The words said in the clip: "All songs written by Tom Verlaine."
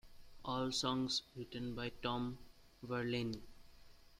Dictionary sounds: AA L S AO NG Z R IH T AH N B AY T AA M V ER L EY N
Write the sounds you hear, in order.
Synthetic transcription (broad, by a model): AA L S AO NG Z R IH T AH N B AY T AA M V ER L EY N